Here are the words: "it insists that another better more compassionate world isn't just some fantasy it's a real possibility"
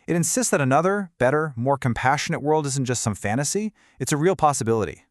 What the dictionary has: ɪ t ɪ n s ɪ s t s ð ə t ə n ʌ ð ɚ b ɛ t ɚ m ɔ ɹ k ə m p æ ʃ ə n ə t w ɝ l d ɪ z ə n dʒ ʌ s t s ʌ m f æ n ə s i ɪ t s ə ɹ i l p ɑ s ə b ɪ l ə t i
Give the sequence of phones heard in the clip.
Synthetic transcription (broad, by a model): ɪ t ɪ n s ɪ s t s ð ə t ə n ʌ ð ɚ b ɛ t ɚ m ɔ ɹ k ə m p æ ʃ ə n ə t w ɝ l d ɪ z n dʒ ʌ s t s ʌ m f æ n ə s i ɪ t s ə ɹ i l p ɑ s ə b ɪ l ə t i